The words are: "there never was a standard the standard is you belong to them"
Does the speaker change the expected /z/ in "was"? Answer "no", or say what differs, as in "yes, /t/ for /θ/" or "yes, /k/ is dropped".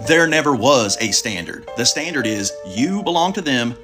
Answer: no